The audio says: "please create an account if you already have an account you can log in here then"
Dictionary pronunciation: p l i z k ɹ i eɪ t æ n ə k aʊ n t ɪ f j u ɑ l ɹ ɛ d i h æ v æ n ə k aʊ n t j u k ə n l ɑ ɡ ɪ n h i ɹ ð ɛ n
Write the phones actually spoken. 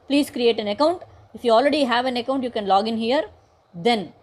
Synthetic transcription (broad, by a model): p l i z k ɹ i eɪ t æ n ə k aʊ n t ɪ f j u ɑ l ɹ ɛ d i h æ v æ n ə k aʊ n t j u k ə n l ɑ ɡ ɪ n h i ɹ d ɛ n